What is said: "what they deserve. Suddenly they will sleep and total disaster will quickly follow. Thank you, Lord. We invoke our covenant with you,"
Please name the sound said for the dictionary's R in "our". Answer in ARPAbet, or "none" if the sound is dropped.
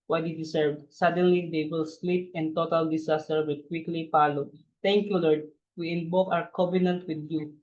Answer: W